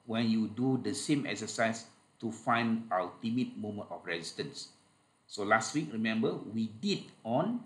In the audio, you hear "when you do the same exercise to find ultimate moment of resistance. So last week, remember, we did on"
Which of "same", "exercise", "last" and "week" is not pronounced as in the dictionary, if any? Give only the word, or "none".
exercise